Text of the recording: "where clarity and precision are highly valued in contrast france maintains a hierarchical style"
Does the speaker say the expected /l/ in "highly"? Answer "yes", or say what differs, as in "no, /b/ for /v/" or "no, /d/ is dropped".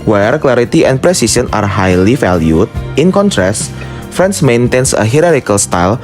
yes